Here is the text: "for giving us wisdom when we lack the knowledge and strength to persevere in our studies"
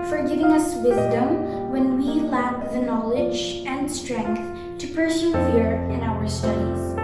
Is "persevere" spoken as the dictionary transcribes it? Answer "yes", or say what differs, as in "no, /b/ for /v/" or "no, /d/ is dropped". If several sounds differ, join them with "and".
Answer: no, /f/ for /v/